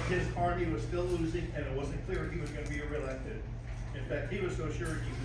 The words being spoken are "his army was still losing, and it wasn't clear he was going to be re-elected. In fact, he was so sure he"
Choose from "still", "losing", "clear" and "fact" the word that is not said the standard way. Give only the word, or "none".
none